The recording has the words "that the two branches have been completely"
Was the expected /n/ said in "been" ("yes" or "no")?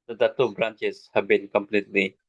yes